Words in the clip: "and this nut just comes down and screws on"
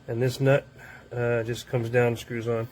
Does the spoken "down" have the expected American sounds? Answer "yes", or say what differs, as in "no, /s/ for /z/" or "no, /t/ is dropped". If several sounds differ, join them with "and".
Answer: no, /n/ is dropped